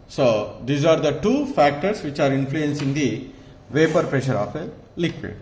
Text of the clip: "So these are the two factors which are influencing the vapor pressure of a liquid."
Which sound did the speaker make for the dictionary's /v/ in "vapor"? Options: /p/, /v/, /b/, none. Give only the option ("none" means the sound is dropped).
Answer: /v/